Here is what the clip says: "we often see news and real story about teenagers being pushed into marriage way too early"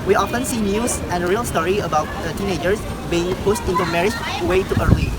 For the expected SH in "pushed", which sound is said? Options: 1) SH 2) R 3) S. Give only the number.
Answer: 3